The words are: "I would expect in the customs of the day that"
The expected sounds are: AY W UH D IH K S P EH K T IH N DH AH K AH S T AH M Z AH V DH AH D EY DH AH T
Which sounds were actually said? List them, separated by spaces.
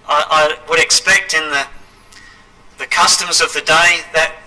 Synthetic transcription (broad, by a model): AY W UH D IH K S P EH K T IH N DH AH K AH S T AH M Z AH V DH AH D EY DH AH T